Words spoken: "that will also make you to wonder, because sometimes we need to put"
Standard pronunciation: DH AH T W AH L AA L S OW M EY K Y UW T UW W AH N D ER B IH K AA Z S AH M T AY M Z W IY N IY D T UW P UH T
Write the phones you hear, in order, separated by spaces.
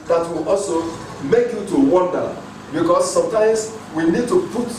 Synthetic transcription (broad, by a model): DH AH T W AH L AA L S OW M EY K Y UW T UW W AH N D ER B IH K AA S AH M T AY M S W IY N IY D T UW P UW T